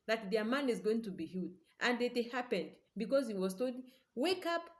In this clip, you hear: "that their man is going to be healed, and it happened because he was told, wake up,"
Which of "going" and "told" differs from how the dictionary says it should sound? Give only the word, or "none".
told